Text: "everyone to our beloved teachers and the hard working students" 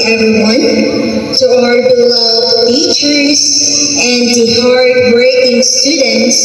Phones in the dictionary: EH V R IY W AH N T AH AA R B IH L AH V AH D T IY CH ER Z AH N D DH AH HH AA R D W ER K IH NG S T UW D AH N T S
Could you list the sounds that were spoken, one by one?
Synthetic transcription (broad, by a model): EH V R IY W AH N T AH AA R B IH L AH AH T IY CH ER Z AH N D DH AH HH AA R D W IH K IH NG S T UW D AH N T S